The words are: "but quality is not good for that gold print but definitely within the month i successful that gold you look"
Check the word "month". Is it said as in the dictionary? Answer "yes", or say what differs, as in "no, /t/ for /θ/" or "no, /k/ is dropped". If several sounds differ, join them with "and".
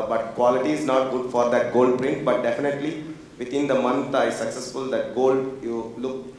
no, /t/ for /θ/